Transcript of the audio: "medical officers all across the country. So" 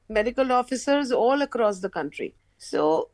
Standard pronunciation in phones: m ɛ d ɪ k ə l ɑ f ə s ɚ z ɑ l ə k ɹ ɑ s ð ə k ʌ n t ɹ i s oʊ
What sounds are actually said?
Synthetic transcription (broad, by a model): m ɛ d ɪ k ə l ɑ f ə s ɚ z ɑ l ə k ɹ ɑ s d ə k ʌ n t ɹ i s oʊ